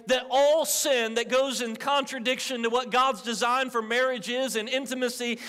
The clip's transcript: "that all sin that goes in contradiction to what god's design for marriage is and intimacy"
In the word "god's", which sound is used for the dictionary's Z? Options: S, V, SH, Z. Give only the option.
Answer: Z